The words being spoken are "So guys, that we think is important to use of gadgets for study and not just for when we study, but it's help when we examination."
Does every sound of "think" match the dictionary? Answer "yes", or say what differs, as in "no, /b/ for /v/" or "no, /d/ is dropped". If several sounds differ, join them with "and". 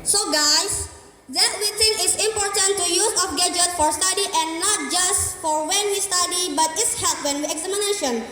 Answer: no, /t/ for /θ/ and /k/ is dropped